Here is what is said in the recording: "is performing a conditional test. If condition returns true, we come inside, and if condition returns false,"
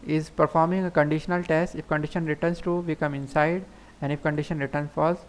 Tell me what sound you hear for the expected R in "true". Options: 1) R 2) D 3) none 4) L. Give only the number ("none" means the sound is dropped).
3